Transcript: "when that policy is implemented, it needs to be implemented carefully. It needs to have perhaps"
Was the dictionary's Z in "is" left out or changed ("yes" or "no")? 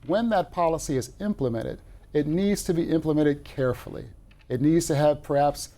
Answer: no